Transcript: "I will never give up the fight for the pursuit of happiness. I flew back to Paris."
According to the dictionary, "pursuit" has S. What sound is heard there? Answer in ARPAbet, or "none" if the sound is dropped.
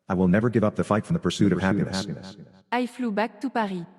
S